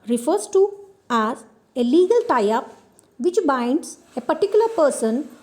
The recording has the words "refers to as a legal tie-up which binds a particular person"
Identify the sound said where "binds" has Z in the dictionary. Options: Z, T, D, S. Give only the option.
S